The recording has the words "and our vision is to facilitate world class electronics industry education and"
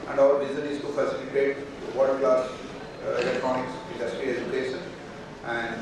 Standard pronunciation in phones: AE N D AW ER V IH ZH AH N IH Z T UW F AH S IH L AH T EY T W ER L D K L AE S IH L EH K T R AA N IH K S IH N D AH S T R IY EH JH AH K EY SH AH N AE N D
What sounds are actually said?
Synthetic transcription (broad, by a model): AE N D AW ER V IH Z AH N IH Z T UW F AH S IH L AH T EY T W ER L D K L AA S IH L EH K T R AA N IH K S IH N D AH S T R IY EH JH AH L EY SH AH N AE N D